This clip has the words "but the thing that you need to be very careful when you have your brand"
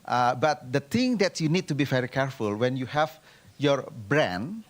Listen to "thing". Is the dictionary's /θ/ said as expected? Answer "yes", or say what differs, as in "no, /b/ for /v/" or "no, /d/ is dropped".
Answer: no, /t/ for /θ/